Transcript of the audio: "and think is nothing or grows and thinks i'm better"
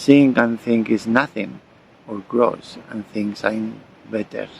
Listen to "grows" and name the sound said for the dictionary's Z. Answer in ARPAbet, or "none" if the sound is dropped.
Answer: S